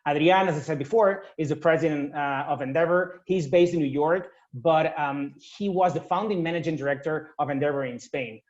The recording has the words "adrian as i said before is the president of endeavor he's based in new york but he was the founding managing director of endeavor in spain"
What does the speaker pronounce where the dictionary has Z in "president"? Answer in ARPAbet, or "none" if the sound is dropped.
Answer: Z